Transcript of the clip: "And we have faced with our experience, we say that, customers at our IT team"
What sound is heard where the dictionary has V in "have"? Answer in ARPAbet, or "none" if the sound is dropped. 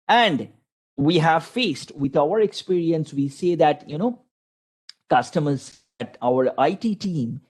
V